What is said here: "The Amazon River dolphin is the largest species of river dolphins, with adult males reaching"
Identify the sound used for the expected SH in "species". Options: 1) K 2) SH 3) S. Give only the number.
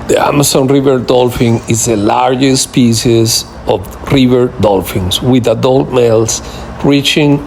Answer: 3